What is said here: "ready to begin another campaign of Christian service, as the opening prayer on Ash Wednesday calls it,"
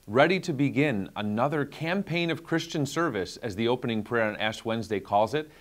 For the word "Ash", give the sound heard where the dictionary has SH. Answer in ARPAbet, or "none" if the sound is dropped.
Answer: S